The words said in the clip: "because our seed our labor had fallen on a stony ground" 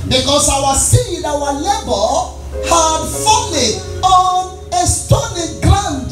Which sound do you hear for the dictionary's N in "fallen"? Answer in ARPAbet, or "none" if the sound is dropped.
none